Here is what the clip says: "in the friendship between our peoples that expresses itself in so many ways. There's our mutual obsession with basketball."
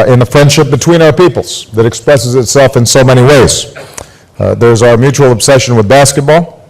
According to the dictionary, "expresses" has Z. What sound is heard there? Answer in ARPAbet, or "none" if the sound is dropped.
Z